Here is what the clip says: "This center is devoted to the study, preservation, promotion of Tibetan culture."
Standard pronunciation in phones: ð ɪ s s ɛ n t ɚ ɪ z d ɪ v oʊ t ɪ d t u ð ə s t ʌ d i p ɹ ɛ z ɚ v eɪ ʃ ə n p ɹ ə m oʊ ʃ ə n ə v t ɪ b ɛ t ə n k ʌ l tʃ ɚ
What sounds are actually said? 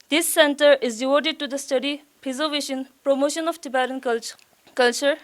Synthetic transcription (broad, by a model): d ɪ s s ɛ n t ɚ ɪ z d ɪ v oʊ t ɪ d t u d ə s t ʌ d i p ɛ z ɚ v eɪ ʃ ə n p ɹ ə m oʊ ʃ ə n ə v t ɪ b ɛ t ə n k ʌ l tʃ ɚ